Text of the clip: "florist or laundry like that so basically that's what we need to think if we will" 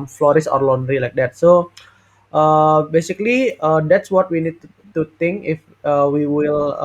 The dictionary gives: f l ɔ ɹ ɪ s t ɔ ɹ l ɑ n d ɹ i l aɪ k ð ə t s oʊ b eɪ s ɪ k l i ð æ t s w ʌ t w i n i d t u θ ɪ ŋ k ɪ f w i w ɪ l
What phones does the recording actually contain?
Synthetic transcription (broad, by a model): f l ɔ ɹ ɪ s ɔ ɹ l ɑ n d ɹ i l aɪ k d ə t s oʊ b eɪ s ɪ k l i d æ t s w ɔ t w i n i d t u t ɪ ŋ k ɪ f w i w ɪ l